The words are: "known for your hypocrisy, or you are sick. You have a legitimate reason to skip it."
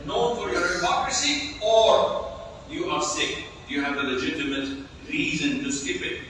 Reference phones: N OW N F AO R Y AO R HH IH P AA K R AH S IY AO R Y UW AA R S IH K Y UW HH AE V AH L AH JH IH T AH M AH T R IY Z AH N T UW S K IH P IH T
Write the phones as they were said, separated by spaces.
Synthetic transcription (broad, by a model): N OW N F AO R Y AO R HH IH P AA K R AH S IY AO R Y UW AA R S IH K Y UW HH AE V AH L AH JH IH T AH M AH T R IY Z AH N T UW S K IH P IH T